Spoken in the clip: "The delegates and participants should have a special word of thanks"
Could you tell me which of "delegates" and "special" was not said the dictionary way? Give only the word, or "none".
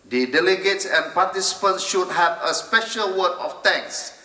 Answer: none